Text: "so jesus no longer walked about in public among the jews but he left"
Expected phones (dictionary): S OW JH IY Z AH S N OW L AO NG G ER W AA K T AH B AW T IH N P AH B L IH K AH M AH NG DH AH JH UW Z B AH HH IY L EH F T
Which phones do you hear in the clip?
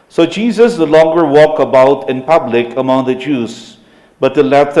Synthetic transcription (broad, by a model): S OW JH IY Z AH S N OW L AO NG G ER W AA K AH B AW T IH N P AH B L IH K AH M AH NG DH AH JH UW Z B AH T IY L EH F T